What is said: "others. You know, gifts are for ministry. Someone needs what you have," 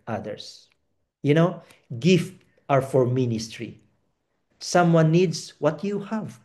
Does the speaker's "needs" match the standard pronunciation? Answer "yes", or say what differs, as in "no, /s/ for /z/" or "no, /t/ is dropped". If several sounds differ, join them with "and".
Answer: no, /s/ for /z/